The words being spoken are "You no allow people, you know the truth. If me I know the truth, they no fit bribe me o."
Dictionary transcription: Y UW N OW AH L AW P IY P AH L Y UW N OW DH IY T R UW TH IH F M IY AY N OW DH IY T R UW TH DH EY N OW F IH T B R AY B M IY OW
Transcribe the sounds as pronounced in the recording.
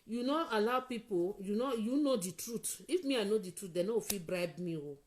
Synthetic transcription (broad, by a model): Y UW N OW AH L AW P IY P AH N Y UW N OW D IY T R UW T IH F M IY AY N OW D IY T R UW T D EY N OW F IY B R AY B M IY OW